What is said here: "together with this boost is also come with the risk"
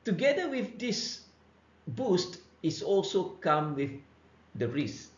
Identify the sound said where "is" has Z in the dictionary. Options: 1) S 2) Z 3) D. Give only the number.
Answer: 1